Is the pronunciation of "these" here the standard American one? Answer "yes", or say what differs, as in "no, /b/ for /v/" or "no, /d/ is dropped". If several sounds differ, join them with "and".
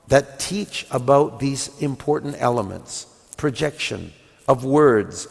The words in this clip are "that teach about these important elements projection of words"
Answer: yes